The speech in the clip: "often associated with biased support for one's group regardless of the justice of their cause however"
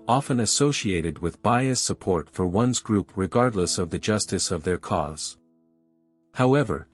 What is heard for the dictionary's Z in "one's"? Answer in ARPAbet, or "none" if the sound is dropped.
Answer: Z